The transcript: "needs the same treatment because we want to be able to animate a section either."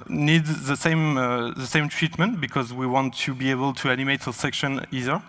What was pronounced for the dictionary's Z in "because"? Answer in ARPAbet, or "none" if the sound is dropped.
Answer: Z